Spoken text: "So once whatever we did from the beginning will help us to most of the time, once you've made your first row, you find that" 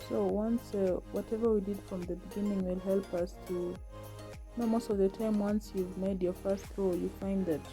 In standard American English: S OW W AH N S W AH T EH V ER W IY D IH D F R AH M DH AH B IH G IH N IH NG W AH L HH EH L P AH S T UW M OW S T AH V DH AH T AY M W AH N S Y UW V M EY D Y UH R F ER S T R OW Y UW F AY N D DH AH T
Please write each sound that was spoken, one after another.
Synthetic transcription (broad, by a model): S OW W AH N S W AH T EH V ER W IY D IH D F R AH M DH AH B IH G IH N IH NG W AH L HH EH L P AH S T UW M OW S T AH V DH AH T AY M W AH N S Y UW V M EY D Y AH R F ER S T R OW Y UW F AY N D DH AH T